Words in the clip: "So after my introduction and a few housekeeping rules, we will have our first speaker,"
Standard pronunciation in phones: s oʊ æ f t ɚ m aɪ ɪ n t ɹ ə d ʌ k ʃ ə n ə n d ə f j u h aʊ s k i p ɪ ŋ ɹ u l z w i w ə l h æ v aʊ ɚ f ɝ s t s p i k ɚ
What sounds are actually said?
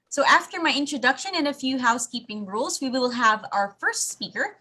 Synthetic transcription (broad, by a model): s oʊ æ f t ɚ m aɪ ɪ n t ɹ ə d ʌ k ʃ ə n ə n ə f j u h aʊ s k i p ɪ ŋ ɹ u l z w i w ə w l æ v aʊ ɚ f ɝ s t s p i k ɚ